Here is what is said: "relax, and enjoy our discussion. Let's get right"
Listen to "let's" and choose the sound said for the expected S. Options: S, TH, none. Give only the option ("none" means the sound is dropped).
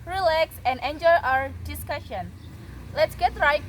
S